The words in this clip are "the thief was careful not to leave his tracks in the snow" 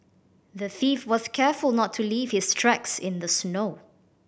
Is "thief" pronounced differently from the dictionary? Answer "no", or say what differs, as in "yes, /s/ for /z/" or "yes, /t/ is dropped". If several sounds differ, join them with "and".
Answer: no